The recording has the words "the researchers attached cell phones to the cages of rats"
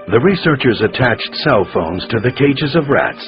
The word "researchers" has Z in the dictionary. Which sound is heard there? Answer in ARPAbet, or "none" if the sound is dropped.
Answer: Z